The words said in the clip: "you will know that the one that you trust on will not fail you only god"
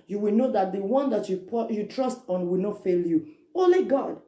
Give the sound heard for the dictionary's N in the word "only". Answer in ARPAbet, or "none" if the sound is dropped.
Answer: none